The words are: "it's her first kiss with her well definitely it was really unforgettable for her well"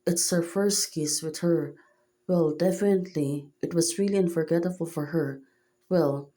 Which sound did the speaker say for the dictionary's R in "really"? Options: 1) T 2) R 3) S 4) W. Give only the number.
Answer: 2